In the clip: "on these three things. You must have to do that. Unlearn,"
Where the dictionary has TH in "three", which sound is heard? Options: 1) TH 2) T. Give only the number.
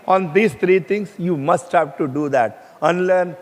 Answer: 2